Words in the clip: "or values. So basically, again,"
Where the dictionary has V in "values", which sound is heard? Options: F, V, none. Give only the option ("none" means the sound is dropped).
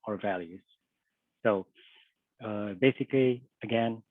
V